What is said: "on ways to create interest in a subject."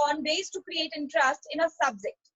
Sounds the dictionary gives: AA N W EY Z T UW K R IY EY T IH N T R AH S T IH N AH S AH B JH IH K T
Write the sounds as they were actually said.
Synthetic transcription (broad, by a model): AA N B EY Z T UW K R IY EY T IH N T R AH S T IH N AH S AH B JH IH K T